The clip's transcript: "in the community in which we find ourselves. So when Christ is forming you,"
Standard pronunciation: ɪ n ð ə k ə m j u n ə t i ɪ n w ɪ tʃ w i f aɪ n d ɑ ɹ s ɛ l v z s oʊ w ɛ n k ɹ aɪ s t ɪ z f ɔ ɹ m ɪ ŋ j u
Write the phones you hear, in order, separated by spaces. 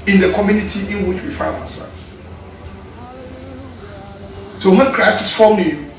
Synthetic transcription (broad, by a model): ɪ n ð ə k ə m j u n ə t i ɪ n w ɪ tʃ w i f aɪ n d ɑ w s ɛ l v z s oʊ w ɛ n k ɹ aɪ s ɪ s f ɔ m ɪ